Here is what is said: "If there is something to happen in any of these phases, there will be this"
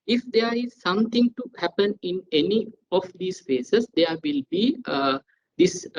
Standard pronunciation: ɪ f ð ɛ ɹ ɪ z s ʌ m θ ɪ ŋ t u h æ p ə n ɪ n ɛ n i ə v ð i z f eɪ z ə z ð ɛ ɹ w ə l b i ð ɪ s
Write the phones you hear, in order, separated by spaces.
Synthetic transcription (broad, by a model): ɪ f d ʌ ɹ ɪ z s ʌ m t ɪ ŋ t u h æ p ə n ɪ n ɛ n i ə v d i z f eɪ s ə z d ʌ ɹ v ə l b i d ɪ s